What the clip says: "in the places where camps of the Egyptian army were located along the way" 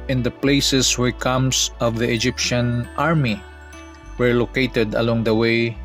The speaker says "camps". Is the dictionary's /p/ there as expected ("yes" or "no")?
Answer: no